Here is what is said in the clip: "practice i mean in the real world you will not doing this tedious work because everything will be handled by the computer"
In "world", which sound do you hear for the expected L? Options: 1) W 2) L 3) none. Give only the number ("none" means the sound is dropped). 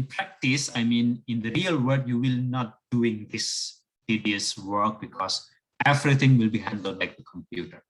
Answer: 3